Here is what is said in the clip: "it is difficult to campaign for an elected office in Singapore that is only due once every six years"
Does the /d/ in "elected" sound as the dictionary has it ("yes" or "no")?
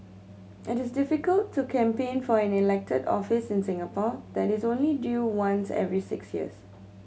yes